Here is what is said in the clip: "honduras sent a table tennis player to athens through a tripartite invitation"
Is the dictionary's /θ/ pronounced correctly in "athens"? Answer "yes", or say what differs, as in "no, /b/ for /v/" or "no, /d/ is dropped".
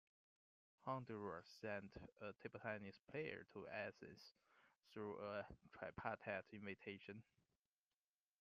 no, /s/ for /θ/